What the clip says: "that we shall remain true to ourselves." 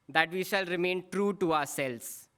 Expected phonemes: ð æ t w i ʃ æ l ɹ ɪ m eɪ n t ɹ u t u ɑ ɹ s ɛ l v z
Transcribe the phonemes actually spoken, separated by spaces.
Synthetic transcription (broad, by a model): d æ t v i ʃ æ l ɹ ɪ m eɪ n t ɹ u t u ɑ ɹ s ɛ l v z